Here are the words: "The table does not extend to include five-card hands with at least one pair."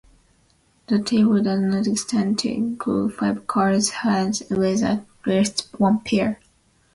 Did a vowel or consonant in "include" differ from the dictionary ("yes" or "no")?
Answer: yes